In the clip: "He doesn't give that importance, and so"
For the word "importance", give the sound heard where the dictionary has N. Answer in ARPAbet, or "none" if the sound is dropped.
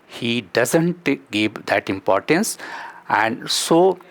N